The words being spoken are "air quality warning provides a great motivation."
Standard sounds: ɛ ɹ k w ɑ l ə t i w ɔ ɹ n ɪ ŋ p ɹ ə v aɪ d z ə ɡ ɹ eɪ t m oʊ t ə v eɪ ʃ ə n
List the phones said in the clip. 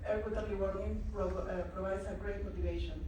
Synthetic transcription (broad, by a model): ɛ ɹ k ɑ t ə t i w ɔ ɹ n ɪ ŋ p ɹ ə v aɪ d s ə ɡ ɹ eɪ t m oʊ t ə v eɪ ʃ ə n